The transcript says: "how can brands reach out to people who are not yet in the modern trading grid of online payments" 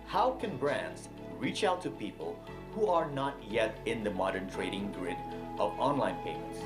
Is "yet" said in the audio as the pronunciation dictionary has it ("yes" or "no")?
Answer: yes